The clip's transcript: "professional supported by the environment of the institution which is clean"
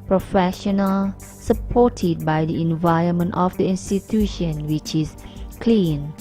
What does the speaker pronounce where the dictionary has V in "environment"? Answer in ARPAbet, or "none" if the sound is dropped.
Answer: V